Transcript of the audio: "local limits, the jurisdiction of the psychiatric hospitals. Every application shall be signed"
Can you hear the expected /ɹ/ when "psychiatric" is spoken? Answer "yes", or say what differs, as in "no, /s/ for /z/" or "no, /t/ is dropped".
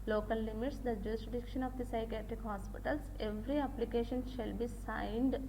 yes